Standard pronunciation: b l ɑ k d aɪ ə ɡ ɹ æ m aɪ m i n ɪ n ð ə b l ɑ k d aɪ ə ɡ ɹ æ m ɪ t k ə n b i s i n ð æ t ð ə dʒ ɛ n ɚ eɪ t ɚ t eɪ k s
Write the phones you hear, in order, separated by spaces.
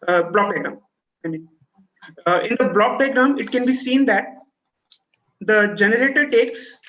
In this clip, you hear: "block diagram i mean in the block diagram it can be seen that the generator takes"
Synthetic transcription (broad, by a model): b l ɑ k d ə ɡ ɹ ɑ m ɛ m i ɪ n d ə b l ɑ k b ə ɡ ɹ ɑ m ɪ t k ə n b i s i n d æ t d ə dʒ ɛ n ɚ eɪ t ɚ t eɪ k s